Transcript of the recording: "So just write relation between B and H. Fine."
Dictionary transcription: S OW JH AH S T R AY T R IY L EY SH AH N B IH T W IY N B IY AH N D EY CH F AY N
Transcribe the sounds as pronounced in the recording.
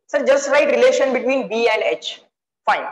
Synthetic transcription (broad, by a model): S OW JH AH S T R AY T R IY L EY SH AH N B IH T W IY N B IY AH N D EY CH F AY N